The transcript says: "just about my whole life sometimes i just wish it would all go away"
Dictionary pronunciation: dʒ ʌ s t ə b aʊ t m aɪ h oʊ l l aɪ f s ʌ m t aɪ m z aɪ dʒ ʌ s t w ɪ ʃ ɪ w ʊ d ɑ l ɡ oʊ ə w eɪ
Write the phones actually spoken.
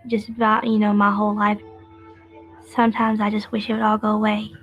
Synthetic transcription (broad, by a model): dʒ ʌ s t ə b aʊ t m aɪ h oʊ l l aɪ f s ʌ m t aɪ m z aɪ dʒ ʌ s t w ɪ ʃ ɪ w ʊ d ɑ l ɡ oʊ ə w eɪ